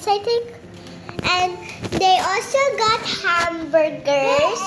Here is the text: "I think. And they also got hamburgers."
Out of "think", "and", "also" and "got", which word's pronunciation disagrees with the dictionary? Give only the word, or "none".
think